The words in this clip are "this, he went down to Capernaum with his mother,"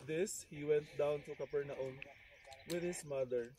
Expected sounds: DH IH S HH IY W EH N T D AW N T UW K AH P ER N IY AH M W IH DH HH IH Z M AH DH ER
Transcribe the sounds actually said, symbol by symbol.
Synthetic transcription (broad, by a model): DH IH S HH IY W EH N T D AW N T UW K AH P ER N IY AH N W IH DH HH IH S M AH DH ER